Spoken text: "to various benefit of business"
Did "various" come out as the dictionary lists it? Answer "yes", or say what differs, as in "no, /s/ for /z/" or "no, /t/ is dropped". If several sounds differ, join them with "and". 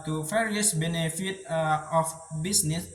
no, /f/ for /v/